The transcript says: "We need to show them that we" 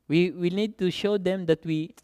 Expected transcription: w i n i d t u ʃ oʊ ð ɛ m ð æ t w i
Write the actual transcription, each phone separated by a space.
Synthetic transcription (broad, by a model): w i n i d t u ʃ oʊ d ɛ m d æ t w i